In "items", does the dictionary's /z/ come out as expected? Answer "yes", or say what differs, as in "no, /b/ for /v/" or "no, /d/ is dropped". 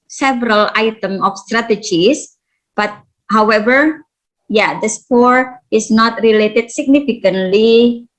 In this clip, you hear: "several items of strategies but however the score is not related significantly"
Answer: no, /z/ is dropped